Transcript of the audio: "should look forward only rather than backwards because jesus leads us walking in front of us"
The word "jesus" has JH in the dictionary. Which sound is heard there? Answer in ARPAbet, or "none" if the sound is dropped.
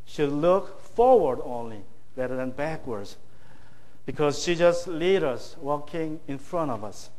SH